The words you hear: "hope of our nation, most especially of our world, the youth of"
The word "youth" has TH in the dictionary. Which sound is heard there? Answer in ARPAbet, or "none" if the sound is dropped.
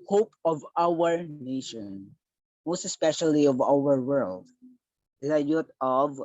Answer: T